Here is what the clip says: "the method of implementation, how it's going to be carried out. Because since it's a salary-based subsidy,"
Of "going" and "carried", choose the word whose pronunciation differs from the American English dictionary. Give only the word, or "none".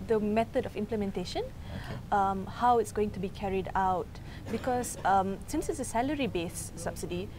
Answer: none